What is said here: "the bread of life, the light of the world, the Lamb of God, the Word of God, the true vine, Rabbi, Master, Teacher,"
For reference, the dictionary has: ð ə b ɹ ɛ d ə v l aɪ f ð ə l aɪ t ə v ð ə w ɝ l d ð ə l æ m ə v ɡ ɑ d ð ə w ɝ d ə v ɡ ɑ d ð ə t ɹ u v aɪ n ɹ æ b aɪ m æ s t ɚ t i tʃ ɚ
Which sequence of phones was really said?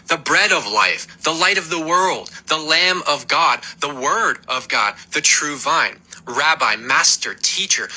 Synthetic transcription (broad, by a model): ð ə b ɹ ɛ d ə v l aɪ f ð ə l aɪ t ə v ð ə w ɝ l d ð ə l æ m ə v ɡ ɑ d ð ə w ɝ d ə v ɡ ɑ d ð ə t ɹ u v aɪ n ɹ æ b aɪ m æ s t ɚ t i tʃ ɚ